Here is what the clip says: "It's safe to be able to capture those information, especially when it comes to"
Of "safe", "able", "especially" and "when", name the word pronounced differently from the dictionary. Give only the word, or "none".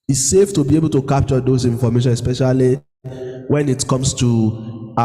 none